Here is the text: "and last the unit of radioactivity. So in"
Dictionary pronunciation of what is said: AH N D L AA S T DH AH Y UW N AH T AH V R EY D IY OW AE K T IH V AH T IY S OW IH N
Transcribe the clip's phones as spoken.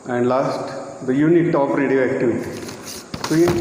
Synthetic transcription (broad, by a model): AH N D L AA S T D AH Y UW N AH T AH P R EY D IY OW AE K T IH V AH T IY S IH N